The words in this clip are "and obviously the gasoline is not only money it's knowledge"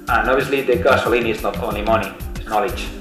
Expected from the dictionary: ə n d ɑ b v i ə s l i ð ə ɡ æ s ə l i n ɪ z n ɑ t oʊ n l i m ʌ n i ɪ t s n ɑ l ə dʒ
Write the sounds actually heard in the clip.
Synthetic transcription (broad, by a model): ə n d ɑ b i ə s l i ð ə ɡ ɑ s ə l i n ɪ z n ɑ t oʊ n l i m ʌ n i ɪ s n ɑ l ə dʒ